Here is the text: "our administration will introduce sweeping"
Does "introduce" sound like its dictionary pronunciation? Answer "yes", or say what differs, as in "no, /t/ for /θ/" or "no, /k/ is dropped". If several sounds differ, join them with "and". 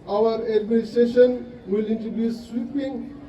no, /ɹ/ is dropped